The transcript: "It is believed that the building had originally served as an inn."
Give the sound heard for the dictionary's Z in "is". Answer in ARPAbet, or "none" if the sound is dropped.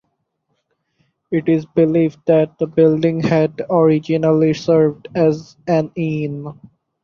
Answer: Z